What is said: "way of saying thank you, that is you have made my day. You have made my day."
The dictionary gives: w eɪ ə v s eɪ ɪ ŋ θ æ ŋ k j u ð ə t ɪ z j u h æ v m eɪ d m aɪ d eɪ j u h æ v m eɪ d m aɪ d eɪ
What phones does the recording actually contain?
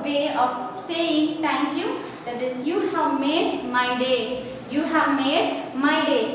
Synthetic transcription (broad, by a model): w eɪ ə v s eɪ ɪ ŋ t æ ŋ k j u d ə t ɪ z j u h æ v m eɪ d m aɪ d eɪ j u h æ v m eɪ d m aɪ d eɪ